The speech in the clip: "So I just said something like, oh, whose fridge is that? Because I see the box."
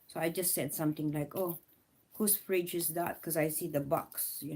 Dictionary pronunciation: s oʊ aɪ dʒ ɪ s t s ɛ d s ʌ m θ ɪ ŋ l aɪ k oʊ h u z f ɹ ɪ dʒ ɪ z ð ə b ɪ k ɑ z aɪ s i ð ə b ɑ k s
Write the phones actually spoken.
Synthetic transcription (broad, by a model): s oʊ aɪ dʒ ɪ s t s ɛ d s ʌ m t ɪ ŋ l aɪ k oʊ h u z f ɹ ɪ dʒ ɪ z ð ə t k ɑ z aɪ s i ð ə b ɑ k s